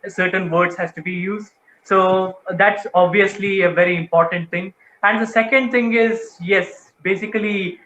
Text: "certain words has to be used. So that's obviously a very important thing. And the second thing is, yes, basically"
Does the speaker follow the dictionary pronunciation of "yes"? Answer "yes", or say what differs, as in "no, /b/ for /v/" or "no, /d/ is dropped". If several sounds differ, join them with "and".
yes